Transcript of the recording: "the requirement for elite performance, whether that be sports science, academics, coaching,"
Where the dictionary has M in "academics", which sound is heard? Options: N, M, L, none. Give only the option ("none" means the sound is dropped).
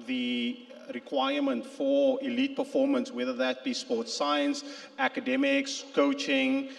M